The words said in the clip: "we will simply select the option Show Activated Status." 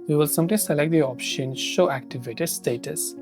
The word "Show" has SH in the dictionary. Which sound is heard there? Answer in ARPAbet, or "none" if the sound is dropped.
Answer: SH